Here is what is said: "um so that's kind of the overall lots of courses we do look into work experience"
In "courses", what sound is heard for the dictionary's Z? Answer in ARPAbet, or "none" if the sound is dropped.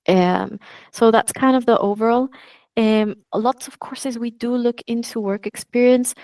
Z